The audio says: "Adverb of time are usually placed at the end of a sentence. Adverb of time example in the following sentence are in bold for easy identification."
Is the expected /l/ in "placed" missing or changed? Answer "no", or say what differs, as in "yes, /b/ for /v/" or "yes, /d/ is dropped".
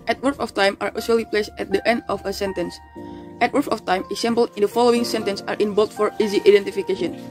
no